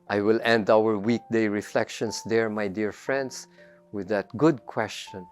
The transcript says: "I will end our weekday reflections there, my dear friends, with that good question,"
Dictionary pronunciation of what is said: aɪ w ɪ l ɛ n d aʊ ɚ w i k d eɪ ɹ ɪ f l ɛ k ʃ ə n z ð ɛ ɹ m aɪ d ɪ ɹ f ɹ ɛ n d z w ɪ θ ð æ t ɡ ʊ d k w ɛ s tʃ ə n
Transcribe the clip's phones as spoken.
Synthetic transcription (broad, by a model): aɪ w ɪ l ɛ n d aʊ ɚ w i k d eɪ ɹ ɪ f l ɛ k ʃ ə n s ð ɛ ɹ m aɪ d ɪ ɹ f ɹ ɛ n d s w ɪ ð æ t ɡ ʊ d k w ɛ s tʃ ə n